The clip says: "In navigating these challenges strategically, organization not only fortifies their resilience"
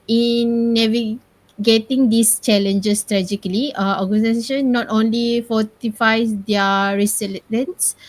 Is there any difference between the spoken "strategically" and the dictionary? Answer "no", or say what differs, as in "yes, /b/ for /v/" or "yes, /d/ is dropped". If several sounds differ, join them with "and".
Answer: yes, /k/ is dropped